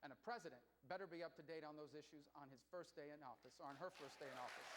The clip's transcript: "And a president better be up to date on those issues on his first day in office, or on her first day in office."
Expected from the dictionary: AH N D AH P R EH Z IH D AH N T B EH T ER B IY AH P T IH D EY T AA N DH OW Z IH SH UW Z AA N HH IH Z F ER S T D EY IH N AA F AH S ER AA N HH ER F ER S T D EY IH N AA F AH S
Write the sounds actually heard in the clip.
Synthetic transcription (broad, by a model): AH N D AH P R EH Z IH D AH N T B EH T ER B IY AH P T IH D EY T N DH OW Z IH SH UW Z N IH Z F ER S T D EY IH N AA F AH S ER N ER F ER S D EY IH N AA F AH S